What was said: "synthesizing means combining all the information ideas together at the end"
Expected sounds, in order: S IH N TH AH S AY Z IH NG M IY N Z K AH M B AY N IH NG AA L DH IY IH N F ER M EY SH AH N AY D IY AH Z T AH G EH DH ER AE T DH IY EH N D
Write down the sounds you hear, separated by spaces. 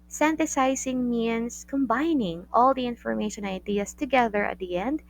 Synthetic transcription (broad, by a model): S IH N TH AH S AY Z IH NG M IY N S K AH M B AY N IH NG AA L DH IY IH N F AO M EY SH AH N AY D IY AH S T AH G EH DH ER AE T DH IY EH N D